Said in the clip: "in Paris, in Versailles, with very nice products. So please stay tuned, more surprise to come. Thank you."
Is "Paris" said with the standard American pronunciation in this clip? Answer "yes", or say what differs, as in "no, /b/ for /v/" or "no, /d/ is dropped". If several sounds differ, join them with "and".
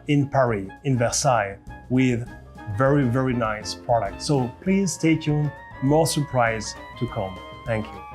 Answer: no, /s/ is dropped